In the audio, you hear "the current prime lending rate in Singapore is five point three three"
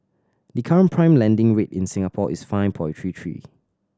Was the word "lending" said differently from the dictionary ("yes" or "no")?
no